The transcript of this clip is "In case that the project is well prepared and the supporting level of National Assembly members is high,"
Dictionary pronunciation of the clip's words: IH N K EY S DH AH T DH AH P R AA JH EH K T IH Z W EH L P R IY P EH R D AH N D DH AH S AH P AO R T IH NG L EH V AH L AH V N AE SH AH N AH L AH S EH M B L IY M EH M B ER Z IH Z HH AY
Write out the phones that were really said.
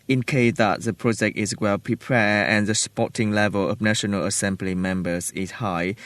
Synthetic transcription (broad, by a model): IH N K EY S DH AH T DH AH P R AA JH EH K T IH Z W EH L P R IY P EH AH N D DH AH S P AO T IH NG L EH V AH L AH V N AE SH AH N AH L AH S EH M B L IY M EH M B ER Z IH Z HH AY